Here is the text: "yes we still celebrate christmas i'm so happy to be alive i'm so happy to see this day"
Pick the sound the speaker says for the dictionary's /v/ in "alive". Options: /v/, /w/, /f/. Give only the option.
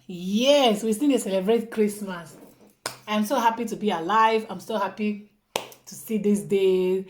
/v/